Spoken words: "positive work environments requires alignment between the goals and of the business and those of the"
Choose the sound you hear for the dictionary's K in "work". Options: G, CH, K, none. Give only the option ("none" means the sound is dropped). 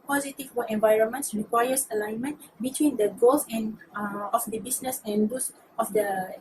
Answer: none